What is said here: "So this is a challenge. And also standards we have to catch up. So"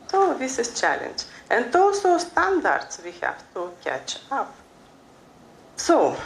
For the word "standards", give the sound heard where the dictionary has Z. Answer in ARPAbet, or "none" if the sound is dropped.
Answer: S